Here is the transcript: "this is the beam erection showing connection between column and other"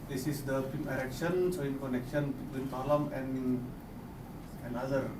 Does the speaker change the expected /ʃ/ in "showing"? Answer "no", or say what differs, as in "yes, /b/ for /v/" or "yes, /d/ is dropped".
yes, /s/ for /ʃ/